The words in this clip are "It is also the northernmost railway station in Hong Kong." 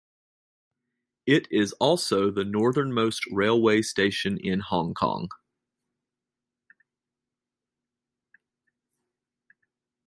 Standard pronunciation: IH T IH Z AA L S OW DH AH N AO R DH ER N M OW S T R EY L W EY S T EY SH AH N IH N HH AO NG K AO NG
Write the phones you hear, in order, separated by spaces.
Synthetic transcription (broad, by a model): IH T IH Z AA L S OW DH AH N AO R DH ER N M OW S T R EY L W EY S T EY SH AH N IH N HH AO NG K AO NG